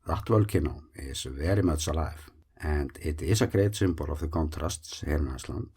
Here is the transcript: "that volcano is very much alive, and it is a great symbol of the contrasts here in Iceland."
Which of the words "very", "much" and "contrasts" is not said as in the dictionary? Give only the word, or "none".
much